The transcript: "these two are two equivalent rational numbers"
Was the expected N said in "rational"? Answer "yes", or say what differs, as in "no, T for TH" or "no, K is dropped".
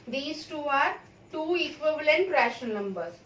no, N is dropped